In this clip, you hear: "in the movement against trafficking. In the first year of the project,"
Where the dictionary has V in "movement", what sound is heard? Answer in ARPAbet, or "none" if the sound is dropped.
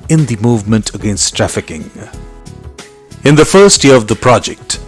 V